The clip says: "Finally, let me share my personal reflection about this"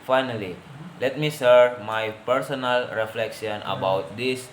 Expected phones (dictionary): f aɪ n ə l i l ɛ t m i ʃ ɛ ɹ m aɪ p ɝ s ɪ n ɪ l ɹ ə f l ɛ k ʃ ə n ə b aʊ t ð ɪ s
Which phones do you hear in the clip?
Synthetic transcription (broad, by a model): f aɪ n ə l i l ɛ t m i s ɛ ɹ m aɪ p ɝ s ɪ n ɪ l ɹ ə f l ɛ k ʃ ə n ə b aʊ t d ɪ s